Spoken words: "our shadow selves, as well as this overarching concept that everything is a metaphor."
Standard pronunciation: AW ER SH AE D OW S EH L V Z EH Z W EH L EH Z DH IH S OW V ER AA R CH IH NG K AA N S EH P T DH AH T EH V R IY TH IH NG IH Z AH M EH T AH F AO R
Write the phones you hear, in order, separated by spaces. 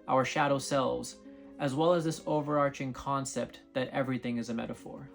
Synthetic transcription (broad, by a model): AW ER SH AE D OW S EH L V Z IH Z W EH L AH Z DH IH S OW V ER AA R CH IH NG K AA N S EH P T DH AH T EH V R IY TH IH NG IH Z AH M EH T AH F AO R